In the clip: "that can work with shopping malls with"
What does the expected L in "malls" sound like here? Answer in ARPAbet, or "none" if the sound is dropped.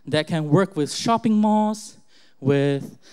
none